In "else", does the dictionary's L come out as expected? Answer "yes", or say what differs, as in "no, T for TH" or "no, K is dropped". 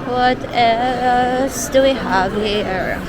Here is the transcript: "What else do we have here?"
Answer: no, L is dropped